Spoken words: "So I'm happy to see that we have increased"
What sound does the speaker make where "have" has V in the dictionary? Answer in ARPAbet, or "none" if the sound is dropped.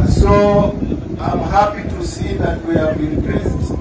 B